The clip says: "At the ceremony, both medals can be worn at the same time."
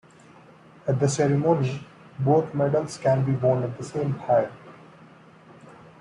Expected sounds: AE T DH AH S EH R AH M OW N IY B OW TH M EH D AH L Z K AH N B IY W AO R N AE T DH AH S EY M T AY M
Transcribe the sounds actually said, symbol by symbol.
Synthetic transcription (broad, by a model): AE T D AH S EH R AH M OW N IY B OW T M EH D AH L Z K AH N B IY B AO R N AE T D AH S EY M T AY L